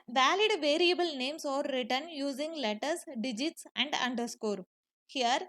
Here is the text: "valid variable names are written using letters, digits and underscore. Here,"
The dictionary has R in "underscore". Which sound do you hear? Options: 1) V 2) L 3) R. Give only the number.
3